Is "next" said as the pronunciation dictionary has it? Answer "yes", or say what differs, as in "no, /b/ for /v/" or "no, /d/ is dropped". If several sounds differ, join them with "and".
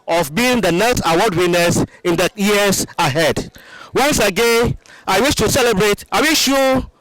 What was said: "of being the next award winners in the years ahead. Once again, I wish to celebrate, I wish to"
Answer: no, /k/ is dropped